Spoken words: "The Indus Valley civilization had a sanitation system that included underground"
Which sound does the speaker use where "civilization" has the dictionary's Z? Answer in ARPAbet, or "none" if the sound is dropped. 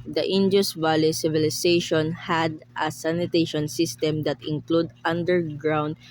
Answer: S